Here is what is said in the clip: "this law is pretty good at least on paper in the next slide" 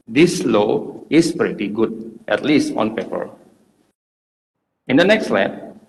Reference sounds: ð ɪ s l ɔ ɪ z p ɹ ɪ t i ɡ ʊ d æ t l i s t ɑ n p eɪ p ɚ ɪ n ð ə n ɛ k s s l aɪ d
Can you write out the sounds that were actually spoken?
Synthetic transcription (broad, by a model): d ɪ s l ɔ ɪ s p ɹ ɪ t i ɡ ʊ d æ t l i s t ɑ n p eɪ p ɚ ɪ n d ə n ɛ k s s l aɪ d